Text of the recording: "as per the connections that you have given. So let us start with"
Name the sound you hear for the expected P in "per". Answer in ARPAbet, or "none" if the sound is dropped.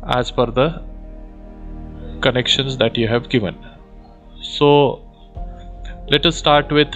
F